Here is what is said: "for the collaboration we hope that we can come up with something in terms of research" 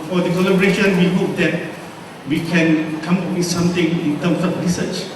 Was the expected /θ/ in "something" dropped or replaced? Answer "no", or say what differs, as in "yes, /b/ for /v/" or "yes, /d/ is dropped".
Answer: yes, /t/ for /θ/